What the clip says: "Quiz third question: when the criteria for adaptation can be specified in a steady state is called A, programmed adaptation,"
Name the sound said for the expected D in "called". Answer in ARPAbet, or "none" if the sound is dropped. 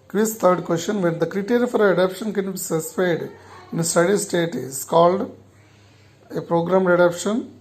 D